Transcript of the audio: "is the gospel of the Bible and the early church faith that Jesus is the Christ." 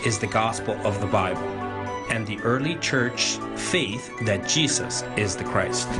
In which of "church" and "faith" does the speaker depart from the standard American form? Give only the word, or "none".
none